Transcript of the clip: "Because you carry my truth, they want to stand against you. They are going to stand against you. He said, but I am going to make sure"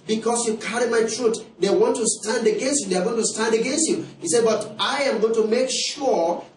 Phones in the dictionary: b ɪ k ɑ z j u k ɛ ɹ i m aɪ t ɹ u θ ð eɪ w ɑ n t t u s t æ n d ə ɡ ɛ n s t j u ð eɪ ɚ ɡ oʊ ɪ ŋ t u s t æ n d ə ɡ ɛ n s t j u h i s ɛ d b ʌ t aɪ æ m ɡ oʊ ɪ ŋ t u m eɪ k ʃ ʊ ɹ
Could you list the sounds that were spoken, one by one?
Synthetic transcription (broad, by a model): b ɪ k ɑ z j u k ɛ ɹ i m aɪ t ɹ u t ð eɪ w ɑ n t t u s t æ n d ə ɡ ɛ n s t j u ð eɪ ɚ ɡ oʊ ɪ ŋ t u s t æ n d ə ɡ ɛ n s t j u h i s ɛ d b ʌ t aɪ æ m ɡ oʊ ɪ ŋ t u m eɪ k ʃ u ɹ